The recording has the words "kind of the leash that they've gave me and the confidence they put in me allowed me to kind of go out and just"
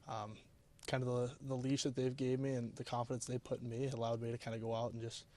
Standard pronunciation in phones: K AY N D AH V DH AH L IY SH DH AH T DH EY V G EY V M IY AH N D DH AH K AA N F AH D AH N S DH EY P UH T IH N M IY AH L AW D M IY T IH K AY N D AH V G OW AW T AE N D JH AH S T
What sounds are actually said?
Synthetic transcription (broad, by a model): K AY N D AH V DH AH L IY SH DH AH T DH EY V G EY V M IY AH N DH AH K AA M F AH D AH N S DH EY P UH T M IY AH L AW D M IY T IH K AY N D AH G OW AW T N JH AH S T